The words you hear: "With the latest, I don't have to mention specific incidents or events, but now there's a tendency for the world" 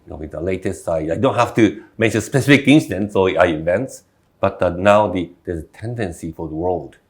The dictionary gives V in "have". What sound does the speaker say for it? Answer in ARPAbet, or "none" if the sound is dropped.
F